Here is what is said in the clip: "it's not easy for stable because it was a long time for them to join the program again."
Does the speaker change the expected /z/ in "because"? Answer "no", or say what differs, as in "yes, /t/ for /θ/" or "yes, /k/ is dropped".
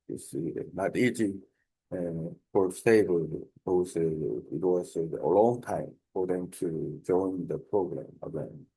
yes, /z/ is dropped